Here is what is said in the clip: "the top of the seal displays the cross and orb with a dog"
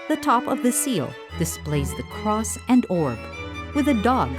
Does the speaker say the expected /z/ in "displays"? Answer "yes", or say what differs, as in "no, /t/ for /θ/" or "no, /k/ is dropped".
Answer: yes